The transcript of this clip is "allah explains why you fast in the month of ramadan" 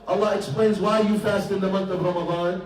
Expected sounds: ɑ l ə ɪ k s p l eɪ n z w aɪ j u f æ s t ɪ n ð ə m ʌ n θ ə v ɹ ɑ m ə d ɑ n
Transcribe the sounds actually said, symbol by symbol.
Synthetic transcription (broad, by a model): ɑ l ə ɪ k s p l eɪ n z w aɪ j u f æ s t ɪ n ð ə m ʌ n θ ə v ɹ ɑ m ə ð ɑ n